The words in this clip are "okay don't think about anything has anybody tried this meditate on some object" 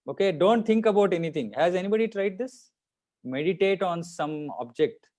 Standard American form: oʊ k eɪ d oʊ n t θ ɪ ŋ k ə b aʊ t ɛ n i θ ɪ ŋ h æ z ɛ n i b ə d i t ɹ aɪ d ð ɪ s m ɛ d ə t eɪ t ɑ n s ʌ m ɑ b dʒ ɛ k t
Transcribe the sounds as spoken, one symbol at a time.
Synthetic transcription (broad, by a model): oʊ k eɪ d oʊ n t t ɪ ŋ k ə b aʊ t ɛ n i t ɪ ŋ h æ z ɛ n i b ə d i t ɹ aɪ d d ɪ s m ɛ d ə t eɪ t ɑ n s ʌ m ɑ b dʒ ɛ k t